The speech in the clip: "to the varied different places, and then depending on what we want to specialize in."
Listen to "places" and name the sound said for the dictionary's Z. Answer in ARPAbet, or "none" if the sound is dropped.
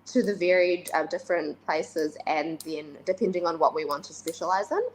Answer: Z